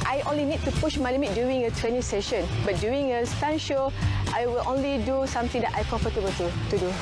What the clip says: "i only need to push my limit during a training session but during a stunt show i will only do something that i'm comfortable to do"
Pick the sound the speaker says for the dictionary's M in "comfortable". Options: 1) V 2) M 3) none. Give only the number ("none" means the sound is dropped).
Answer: 3